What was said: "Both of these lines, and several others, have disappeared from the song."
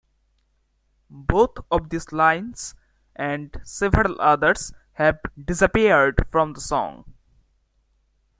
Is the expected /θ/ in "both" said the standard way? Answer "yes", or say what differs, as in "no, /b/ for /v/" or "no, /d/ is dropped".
no, /t/ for /θ/